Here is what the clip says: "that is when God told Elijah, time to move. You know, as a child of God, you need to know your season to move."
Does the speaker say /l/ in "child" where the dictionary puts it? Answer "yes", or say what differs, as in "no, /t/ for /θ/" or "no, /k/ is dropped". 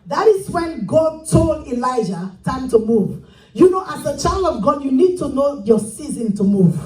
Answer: yes